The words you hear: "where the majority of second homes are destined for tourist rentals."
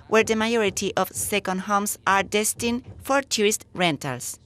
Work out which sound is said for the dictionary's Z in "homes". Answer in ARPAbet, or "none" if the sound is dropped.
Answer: S